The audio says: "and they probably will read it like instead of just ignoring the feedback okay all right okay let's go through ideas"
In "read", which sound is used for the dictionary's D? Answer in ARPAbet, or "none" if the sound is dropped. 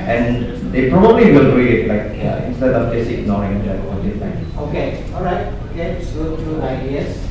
none